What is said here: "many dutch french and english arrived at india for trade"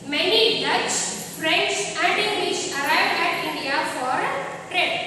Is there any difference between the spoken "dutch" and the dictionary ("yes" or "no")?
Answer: yes